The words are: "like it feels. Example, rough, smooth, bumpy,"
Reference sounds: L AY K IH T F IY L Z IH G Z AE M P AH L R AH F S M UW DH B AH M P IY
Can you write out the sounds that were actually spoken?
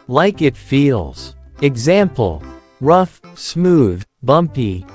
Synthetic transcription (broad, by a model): L AY K IH T F IY L Z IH G Z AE M P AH L R AH F S M UW DH B AH M P IY